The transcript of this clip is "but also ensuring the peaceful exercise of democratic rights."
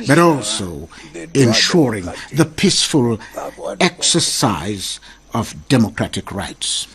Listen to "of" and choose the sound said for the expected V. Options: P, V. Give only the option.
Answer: V